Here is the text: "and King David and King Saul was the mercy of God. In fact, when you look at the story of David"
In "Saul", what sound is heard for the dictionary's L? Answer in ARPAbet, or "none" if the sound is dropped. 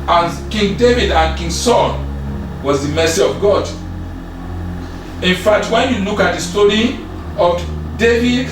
N